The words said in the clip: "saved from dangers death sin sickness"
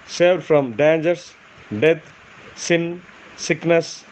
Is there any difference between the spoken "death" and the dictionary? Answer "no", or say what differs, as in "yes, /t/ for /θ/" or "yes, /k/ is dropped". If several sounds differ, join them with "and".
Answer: yes, /t/ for /θ/